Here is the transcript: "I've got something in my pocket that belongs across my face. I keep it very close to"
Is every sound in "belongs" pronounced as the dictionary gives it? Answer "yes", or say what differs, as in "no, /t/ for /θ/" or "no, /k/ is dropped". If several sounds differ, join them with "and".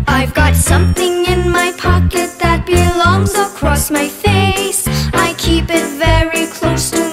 yes